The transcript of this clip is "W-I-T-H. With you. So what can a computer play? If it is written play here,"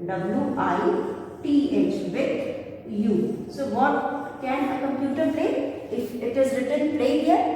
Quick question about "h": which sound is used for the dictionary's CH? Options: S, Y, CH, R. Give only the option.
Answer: CH